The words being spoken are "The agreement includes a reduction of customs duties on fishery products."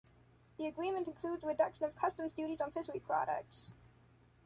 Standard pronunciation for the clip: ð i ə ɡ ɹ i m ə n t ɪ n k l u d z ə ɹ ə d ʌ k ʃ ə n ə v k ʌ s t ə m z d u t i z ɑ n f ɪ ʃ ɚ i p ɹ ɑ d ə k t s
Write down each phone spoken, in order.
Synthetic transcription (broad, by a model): ð i ə ɡ ɹ i m ə n t ɪ n k l u d z ə ɹ ə d ʌ k ʃ ə n ə v k ʌ s t ə m z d u t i z n f ɪ s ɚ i p ɹ ɑ d ə k t s